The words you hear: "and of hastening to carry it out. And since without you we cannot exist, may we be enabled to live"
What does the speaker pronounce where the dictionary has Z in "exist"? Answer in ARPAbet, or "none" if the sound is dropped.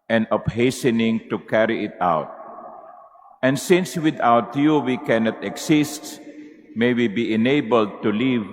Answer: S